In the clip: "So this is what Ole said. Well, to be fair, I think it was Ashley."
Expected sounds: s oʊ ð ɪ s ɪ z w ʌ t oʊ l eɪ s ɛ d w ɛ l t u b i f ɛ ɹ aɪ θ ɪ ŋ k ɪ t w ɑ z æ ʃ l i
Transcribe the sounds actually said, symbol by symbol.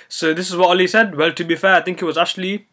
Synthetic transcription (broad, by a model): s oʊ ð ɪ s ɪ z w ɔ t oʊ l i s ɛ d w ɛ l t u b i f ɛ aɪ t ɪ ŋ k ɪ t w ɑ z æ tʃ l i